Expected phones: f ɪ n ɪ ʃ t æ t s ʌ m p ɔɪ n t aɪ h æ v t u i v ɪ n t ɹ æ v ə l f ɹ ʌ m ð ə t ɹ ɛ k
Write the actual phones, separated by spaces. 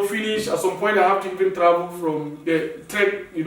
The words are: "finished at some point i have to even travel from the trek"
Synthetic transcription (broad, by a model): f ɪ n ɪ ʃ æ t s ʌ m p ɔɪ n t aɪ h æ f t u i v ɪ n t ɹ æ v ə l f ɹ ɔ m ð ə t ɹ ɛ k